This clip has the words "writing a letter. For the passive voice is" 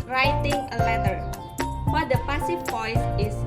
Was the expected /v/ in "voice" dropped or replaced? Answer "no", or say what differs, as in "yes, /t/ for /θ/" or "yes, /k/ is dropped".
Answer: yes, /p/ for /v/